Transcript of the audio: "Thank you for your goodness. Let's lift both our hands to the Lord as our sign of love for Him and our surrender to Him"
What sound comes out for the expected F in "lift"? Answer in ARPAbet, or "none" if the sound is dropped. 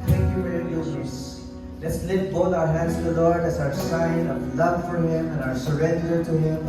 none